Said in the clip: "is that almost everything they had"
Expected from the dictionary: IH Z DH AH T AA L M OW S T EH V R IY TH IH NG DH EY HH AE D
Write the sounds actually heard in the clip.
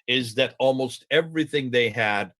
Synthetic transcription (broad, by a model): IH Z DH AH T AA L M OW S T EH V R IY TH IH NG DH EY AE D